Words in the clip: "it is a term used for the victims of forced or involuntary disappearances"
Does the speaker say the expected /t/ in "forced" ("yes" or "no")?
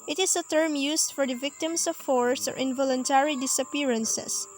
no